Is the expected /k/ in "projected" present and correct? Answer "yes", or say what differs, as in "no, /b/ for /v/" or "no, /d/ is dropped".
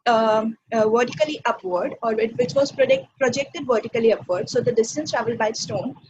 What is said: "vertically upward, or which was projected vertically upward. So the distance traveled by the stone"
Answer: yes